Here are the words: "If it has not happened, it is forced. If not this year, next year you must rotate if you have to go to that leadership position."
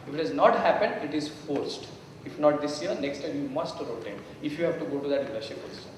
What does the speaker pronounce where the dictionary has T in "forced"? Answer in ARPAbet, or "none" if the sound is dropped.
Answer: T